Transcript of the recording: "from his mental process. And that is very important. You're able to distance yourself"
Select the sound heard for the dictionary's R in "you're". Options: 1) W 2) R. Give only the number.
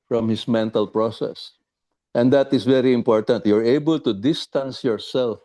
2